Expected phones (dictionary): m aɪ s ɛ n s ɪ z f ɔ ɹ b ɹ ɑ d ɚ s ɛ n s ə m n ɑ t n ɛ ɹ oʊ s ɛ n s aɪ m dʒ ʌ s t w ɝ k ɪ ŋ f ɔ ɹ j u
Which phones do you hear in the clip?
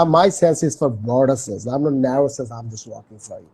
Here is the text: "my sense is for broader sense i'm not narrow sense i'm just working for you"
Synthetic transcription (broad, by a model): m aɪ s ɛ n s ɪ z f ɔ ɹ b ɑ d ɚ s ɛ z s ə m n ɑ n ɛ ɹ oʊ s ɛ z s aɪ m dʒ ʌ s t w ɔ k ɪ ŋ f ɔ ɹ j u